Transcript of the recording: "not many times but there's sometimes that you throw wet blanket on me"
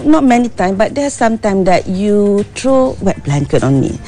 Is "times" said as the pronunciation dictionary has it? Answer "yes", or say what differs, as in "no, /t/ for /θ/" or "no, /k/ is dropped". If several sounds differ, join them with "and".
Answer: no, /z/ is dropped